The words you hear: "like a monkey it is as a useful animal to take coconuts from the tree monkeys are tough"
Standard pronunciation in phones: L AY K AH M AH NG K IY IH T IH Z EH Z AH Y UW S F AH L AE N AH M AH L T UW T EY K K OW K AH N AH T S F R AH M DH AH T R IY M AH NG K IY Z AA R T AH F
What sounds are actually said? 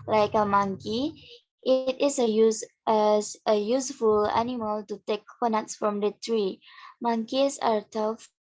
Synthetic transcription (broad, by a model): L AY K AH M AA NG K IY IH T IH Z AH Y AH Y UW S F AH L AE N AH M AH L T UW T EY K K K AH N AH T S F R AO M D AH T R IY M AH NG K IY S AA R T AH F